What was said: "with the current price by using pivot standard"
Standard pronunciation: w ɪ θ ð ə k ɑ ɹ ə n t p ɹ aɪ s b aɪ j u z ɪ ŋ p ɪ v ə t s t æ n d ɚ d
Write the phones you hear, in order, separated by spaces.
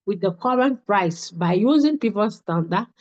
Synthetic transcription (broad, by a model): w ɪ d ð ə k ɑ ɹ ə n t p ɹ aɪ s b aɪ j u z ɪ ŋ p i p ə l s t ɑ n d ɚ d